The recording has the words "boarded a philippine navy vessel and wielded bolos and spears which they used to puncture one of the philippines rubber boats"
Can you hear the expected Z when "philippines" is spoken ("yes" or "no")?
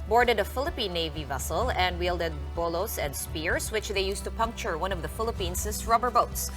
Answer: no